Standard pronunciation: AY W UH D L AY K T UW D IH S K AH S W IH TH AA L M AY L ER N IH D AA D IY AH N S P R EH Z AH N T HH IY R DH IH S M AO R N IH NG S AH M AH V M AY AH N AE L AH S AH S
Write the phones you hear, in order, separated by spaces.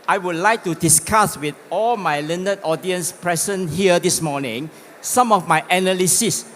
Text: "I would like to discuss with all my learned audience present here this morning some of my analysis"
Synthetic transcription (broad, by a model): AY W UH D L AY K T UW D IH S K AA S W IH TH AA L M AY L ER N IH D AA D IY AH N S P R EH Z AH N HH IY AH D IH S M AO N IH NG S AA M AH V M AY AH N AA L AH S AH S